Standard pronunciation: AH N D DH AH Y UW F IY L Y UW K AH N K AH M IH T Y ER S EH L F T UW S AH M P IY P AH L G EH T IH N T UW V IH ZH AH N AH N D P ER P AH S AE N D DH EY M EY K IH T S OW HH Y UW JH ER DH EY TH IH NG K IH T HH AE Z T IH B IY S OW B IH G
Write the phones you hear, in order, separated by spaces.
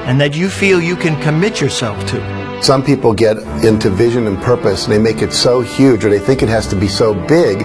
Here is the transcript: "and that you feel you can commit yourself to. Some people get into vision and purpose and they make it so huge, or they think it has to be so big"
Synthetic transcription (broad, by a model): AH N DH AH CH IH F IY L Y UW K AH N K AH M IH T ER S EH L F T UW S AH M P IY P L G EH T IH N T UW V IH ZH AH N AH N P ER P AH S N DH EY M EY K IH T S OW HH Y UW JH ER DH EY TH IH NG K IH T HH AE Z T IH B IY S OW B IH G